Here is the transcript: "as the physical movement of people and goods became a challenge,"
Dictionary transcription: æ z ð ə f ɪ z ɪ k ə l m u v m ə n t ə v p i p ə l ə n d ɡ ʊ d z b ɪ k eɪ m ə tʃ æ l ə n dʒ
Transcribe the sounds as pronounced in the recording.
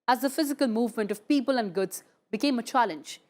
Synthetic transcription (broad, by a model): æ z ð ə f ɪ z ɪ k ə l m u v m ə n t ə v p i p ə l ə n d ɡ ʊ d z b ɪ k eɪ m ə tʃ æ l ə n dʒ